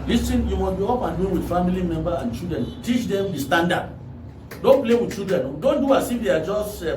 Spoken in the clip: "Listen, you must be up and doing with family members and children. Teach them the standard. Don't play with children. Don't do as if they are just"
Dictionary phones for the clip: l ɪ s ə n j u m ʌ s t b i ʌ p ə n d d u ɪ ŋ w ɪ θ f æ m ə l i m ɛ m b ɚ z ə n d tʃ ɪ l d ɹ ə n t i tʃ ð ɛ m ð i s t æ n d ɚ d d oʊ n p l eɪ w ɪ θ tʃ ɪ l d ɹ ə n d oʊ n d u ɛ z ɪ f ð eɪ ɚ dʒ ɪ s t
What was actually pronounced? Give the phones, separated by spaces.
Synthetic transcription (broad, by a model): l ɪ s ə n j u m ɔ s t b i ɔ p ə n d d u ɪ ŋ w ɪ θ f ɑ m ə l i m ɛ m b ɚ ə n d tʃ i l d ɹ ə n t i tʃ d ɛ m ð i s t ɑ n d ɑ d d oʊ n p l eɪ w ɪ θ tʃ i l d ɹ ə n d oʊ n d u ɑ s ɪ f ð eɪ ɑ dʒ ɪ s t